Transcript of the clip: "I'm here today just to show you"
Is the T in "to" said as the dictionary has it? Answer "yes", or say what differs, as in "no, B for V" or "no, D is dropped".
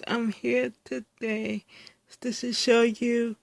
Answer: no, S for T